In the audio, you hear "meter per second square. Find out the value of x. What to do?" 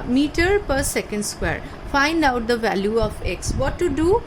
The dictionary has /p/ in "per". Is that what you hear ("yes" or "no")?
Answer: yes